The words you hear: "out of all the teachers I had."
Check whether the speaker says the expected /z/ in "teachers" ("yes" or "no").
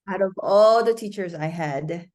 yes